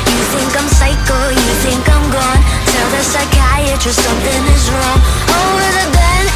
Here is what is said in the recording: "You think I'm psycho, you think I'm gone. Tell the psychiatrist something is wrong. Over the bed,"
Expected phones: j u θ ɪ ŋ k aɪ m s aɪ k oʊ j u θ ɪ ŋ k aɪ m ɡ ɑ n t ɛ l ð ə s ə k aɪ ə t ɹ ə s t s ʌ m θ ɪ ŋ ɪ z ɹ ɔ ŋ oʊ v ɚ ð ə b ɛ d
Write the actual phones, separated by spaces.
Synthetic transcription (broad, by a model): j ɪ θ ɪ ŋ k aɪ m s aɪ k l j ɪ θ ɪ ŋ k aɪ m ɡ ɑ n t ɛ l ð ə s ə k aɪ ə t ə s s ʌ m θ ɪ ŋ ɪ z ɹ ɔ ŋ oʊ ʊ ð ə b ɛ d